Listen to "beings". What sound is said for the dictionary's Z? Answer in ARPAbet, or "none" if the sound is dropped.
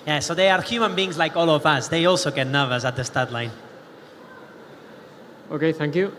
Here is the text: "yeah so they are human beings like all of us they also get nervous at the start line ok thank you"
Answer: Z